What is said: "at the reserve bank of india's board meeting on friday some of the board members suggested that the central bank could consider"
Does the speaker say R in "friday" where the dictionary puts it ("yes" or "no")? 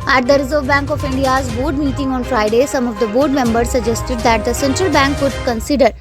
yes